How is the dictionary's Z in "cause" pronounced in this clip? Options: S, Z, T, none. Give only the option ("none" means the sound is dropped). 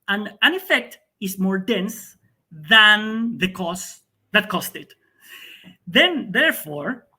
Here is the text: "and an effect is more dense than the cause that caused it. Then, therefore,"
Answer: S